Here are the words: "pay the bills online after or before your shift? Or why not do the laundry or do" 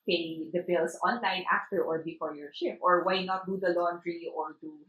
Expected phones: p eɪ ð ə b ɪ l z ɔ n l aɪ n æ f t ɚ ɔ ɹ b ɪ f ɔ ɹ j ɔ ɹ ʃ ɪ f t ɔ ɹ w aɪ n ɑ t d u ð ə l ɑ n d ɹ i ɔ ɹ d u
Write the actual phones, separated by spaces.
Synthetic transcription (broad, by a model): p eɪ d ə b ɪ l s ɔ n l aɪ n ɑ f t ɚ ɔ ɹ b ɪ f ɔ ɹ j ɔ ɹ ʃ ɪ p t ɔ ɹ w aɪ n ɑ t d u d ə l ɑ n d ɹ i ɔ ɹ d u